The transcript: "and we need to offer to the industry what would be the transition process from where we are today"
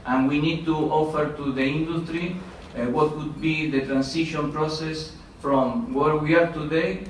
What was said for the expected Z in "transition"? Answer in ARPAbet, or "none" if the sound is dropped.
S